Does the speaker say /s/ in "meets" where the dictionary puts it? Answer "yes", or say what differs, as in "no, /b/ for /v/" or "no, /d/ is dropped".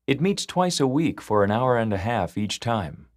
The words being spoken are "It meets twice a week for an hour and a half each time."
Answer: yes